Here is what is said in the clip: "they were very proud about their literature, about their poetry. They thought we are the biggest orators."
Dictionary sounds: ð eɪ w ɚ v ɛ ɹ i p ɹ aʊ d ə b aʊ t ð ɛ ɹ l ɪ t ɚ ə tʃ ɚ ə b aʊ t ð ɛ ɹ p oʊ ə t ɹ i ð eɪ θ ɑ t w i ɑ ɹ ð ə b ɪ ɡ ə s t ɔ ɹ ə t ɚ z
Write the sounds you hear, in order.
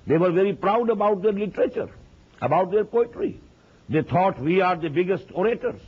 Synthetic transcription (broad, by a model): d eɪ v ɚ v ɛ ɹ i p ɹ aʊ d ə b aʊ t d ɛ ɹ l ɪ t ɚ ə tʃ ɚ ə b aʊ t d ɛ ɹ p oʊ ə t ɹ i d eɪ t ɑ t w i ɑ ɹ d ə b ɪ ɡ ə s t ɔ ɹ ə t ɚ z